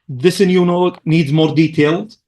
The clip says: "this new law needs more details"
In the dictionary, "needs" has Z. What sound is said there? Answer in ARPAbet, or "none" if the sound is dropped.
Z